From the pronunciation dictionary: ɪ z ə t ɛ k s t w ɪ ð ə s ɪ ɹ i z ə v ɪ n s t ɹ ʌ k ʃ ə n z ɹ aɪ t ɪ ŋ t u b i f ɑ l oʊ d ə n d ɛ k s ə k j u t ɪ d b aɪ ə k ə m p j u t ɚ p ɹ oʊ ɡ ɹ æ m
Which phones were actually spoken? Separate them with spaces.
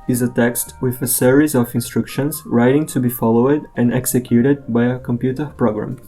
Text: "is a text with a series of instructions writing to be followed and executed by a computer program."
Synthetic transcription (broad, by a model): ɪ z ə t ɛ k s t w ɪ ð ə s ɪ ɹ i z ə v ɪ n s t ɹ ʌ k ʃ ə n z ɹ aɪ t ɪ ŋ t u b i f ɑ l oʊ d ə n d ɛ k s ə k j u t ɪ d b aɪ ə k ə m p j u t ɚ p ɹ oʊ ɡ ɹ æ m